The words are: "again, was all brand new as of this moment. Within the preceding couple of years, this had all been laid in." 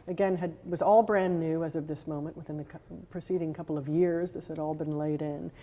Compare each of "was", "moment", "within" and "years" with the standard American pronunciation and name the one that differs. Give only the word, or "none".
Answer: none